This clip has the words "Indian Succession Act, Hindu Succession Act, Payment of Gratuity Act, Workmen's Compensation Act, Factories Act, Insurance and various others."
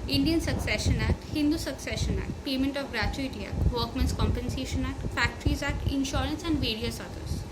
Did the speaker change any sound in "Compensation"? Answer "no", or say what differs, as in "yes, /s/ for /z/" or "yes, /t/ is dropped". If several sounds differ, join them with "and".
no